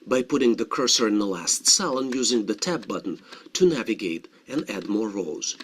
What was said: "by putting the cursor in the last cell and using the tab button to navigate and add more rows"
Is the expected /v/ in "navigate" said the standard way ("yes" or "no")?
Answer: yes